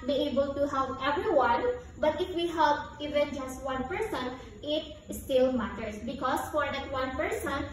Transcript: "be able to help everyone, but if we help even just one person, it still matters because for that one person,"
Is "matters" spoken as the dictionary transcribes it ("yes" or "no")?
no